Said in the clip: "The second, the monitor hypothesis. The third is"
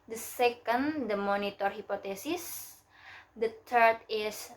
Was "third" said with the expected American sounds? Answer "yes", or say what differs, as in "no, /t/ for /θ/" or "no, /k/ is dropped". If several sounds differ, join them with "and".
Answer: no, /t/ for /θ/